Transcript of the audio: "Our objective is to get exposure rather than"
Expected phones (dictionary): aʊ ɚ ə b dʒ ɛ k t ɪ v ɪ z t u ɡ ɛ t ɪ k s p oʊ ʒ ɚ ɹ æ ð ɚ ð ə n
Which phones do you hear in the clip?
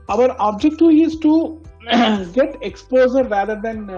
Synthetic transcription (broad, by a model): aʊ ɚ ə b dʒ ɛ k t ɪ ɪ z t u ɡ ɛ t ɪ k s p oʊ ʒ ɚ ɹ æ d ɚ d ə n